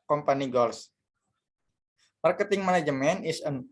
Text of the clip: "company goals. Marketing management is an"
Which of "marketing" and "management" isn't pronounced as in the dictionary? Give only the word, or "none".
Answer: management